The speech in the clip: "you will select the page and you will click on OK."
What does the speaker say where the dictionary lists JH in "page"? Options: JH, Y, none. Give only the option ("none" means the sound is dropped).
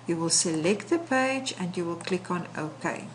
JH